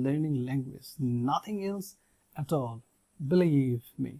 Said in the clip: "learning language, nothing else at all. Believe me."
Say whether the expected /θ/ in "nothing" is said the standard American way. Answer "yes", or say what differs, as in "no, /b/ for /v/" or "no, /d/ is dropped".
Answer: no, /t/ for /θ/